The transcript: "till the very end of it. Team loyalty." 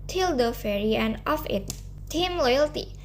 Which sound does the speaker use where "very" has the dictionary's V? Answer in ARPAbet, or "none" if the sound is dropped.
F